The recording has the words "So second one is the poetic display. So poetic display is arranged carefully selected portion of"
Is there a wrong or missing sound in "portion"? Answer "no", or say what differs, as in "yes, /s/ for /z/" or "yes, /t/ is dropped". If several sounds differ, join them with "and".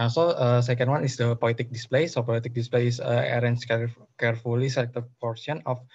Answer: yes, /s/ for /ʃ/